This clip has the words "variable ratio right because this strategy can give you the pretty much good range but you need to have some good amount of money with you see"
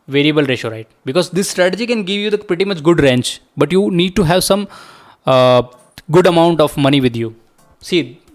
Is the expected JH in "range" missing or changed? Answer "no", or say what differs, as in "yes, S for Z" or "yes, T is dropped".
yes, CH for JH